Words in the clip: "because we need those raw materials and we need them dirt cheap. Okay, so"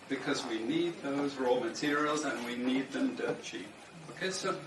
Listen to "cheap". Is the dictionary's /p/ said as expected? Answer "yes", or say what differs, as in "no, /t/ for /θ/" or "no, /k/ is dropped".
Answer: no, /p/ is dropped